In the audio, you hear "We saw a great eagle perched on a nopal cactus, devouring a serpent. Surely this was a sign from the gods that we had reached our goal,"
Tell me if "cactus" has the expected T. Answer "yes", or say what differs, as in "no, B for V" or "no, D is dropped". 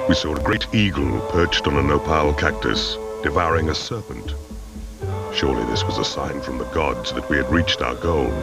yes